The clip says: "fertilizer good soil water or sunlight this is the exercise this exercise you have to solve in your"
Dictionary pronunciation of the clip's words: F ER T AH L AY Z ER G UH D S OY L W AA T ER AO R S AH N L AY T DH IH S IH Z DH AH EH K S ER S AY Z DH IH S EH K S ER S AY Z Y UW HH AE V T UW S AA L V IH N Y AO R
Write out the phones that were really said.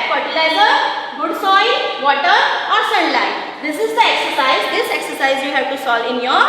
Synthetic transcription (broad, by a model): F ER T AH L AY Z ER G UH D S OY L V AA T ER AO R S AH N L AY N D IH S IH Z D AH EH K S ER S AY Z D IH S EH K S ER S AY Z Y UW HH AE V T UW S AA L IH N Y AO R